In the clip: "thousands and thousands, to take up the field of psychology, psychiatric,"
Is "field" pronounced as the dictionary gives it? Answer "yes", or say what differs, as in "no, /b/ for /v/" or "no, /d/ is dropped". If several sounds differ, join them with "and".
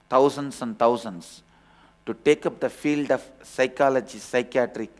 yes